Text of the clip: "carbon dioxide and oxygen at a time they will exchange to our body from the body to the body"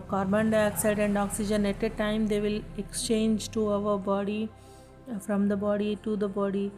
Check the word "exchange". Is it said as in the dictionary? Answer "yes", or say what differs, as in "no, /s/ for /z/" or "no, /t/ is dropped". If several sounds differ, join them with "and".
yes